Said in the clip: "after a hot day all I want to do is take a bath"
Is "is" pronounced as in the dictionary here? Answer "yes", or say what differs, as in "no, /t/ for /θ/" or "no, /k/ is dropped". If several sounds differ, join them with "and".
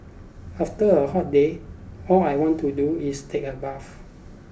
no, /s/ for /z/